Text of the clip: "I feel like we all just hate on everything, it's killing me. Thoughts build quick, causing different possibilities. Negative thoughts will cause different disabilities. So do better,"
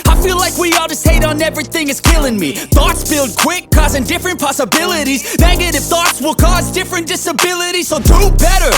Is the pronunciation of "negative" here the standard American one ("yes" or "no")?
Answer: no